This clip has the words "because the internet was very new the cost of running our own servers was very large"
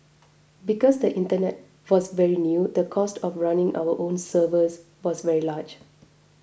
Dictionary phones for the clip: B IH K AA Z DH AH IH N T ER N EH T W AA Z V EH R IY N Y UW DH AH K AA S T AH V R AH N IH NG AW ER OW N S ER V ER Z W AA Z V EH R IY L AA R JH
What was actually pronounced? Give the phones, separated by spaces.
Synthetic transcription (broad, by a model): B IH K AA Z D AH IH N T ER N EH T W AA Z V EH R IY N Y UW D AH K AA S T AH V R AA N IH NG AW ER OW N S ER V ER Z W AA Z V EH R IY L AA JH